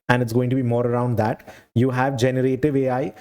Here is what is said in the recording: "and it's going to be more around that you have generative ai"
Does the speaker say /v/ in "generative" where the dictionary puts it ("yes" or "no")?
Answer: yes